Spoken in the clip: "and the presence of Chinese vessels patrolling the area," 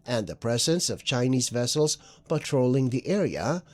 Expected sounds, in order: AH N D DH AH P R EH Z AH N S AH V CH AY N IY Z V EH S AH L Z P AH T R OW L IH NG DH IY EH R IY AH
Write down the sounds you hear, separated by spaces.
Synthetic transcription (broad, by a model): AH N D DH AH P R EH Z AH N S AH V CH AY N IY Z V EH S L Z P AH T R OW L IH NG DH IY EH R IY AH